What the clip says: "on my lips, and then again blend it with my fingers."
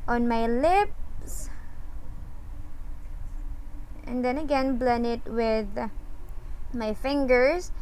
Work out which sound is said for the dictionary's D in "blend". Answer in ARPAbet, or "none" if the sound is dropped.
none